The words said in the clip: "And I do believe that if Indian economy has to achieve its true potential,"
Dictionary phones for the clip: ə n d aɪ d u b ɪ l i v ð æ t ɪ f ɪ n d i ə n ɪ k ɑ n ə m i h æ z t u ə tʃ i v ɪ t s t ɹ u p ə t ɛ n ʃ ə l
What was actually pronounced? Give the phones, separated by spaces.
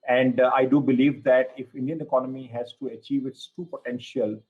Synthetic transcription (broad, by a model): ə n d aɪ d u b ɪ l i v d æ t ɪ f ɪ n d i ə n ɪ k ɑ n ə m i h æ z t u ə tʃ i v ɪ t s t u p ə t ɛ n ʃ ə l